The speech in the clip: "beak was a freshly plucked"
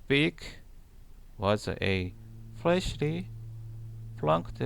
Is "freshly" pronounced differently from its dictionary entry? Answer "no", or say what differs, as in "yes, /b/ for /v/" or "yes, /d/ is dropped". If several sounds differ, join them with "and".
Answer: yes, /l/ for /ɹ/